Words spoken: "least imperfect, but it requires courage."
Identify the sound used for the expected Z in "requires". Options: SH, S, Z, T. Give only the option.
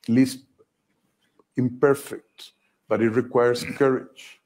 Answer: S